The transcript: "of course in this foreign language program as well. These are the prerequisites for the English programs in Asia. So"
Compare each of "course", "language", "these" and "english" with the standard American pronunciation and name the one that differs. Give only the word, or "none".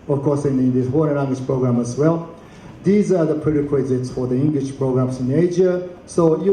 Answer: language